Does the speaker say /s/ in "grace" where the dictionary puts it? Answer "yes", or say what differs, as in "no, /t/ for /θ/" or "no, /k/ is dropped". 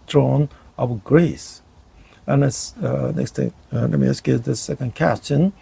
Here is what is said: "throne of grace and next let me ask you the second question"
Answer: yes